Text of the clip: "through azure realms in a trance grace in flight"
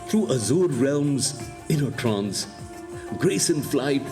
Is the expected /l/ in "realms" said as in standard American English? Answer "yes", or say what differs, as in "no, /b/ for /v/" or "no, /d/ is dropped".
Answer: yes